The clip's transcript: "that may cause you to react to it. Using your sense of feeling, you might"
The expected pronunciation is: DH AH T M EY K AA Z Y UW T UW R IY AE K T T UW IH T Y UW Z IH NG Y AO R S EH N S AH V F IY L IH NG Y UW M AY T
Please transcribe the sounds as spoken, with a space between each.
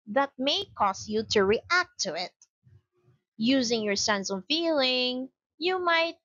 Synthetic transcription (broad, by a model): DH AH T M EY K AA S Y UW T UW R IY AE K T T UW IH T Y UW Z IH NG Y AO R S EH N S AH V F IY L IH NG Y UW M AY T